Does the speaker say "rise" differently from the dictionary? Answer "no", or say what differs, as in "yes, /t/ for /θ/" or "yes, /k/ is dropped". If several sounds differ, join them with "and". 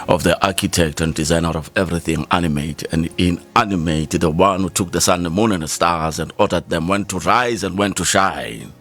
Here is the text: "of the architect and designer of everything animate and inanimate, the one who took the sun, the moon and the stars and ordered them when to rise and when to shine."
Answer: no